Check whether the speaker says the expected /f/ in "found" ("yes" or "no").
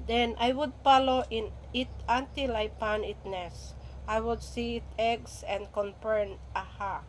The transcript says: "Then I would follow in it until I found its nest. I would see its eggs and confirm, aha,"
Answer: no